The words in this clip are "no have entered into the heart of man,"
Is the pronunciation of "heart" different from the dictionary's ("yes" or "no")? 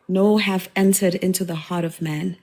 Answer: no